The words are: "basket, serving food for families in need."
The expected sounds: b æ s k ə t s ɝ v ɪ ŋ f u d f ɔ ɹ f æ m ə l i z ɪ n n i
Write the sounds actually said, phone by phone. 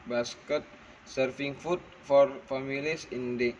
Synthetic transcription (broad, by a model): b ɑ s k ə t s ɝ f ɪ ŋ f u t f ɔ ɹ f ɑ m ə l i s ɪ n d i